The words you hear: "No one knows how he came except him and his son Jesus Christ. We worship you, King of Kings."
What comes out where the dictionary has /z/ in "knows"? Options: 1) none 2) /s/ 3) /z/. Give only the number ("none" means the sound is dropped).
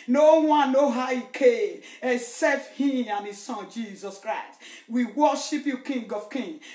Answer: 1